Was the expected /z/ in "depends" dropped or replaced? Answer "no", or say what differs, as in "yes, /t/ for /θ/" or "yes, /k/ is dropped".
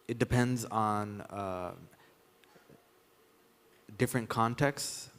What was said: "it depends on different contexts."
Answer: no